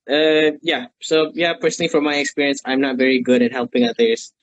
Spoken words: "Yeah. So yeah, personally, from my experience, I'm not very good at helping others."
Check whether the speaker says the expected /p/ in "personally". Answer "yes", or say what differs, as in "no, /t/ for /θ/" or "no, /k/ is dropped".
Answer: yes